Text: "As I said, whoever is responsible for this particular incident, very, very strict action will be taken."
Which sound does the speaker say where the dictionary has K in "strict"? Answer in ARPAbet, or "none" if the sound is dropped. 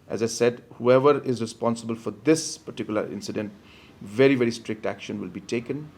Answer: K